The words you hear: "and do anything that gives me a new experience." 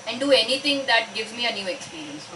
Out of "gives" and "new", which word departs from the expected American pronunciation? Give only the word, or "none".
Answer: none